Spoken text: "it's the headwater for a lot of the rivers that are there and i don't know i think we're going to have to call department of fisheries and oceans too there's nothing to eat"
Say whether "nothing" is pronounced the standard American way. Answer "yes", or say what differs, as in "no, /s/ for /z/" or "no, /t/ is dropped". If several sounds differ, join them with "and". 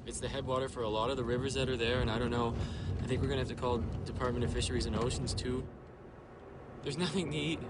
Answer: yes